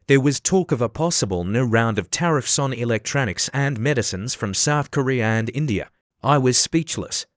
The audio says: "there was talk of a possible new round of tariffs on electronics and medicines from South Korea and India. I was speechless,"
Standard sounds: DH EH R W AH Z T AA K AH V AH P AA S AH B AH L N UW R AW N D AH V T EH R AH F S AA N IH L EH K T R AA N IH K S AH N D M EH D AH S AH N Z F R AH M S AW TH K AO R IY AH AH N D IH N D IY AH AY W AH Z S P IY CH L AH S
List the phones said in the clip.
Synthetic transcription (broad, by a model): DH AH R W AH Z T AA K AH V AH P AA S AH B AH L N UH R AW N D AH V T EH R AH F S N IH L EH K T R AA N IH K S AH N M EH D AH S AH N Z F R AH M S AW TH K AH R IY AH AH N IH N D IY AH AY W AH Z S P IY CH L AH S